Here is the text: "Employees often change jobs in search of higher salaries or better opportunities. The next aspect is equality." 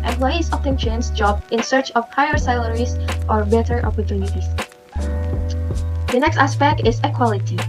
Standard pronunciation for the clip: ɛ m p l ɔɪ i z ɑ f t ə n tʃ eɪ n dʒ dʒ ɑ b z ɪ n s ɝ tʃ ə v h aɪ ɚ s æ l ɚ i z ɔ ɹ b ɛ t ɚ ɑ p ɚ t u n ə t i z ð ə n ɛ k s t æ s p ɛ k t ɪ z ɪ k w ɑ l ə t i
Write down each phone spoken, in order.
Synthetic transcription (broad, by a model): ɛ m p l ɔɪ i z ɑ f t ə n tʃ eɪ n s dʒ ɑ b ɪ n s ɝ tʃ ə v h aɪ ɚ s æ l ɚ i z ɔ ɹ b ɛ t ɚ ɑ p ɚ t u n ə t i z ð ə n ɛ k s t æ s p ɛ k t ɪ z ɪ k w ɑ l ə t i